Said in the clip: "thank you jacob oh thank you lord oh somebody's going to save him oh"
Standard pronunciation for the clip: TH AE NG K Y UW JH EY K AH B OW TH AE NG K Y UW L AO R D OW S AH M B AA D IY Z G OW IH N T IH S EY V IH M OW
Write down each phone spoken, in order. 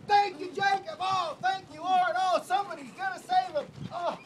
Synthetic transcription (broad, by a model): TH AE NG K Y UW JH EY K AH B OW TH AE NG K Y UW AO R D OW S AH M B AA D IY Z G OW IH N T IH S EY V IH M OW